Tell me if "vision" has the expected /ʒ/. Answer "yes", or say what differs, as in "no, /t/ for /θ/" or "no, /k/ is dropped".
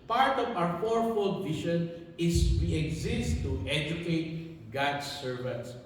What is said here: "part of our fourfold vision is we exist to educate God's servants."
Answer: no, /ʃ/ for /ʒ/